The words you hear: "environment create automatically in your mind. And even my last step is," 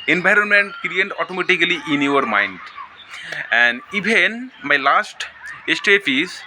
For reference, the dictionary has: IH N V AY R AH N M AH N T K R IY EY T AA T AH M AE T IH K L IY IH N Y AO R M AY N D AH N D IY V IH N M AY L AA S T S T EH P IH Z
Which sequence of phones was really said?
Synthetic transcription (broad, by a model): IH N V AY R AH N M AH N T K R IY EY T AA T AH M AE T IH K L IY IH N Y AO R M AY N D AH N D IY B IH N M AY L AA S T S T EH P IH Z